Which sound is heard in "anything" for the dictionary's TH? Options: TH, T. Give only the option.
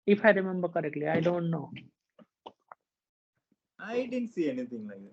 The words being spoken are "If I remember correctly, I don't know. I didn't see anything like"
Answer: T